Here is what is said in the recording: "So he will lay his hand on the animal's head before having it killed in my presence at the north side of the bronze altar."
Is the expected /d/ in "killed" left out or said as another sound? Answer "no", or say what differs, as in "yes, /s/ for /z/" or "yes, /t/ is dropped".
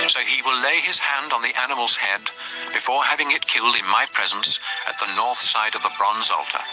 no